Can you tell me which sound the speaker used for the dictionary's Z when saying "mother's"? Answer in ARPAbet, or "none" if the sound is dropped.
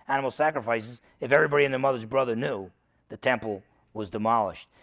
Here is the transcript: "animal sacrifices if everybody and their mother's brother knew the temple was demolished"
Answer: Z